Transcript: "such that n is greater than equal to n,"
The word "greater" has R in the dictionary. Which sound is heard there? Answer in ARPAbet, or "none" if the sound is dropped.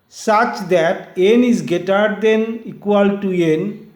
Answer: none